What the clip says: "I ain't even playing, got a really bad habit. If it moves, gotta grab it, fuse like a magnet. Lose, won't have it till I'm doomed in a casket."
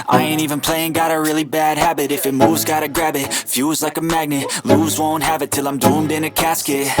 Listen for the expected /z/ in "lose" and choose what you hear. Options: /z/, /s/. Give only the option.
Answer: /z/